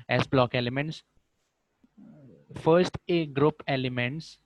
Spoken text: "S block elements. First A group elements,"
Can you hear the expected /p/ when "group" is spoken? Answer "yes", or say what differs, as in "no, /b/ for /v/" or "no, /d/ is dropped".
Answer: yes